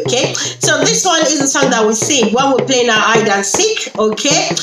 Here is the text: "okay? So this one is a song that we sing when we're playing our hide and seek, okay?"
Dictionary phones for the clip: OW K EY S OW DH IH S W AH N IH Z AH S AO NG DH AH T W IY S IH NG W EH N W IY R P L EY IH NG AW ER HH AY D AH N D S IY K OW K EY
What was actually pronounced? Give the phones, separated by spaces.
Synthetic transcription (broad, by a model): K EY S OW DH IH S W AH N IH Z AH S AO NG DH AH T W IY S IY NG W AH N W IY L P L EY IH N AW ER AY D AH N S IY K OW K EY